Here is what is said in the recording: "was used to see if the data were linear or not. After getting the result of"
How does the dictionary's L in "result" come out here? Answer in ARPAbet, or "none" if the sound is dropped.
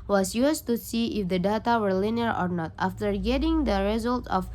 L